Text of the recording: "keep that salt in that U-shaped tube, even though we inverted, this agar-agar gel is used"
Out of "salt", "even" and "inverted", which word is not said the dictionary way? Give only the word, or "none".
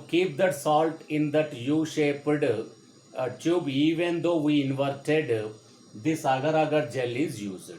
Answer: none